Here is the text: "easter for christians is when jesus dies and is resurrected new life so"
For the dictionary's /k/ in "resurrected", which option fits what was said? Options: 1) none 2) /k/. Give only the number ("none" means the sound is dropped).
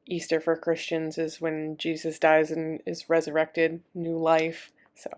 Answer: 2